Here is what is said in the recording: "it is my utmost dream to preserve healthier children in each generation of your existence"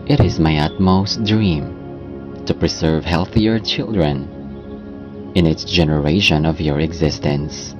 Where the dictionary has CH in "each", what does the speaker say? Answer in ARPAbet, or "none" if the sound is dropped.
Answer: S